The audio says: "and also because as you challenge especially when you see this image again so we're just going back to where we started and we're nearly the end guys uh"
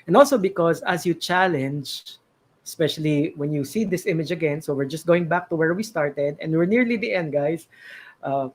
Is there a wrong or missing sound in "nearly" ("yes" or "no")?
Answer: no